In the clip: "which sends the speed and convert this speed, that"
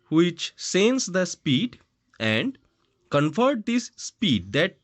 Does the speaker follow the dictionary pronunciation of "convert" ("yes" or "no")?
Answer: no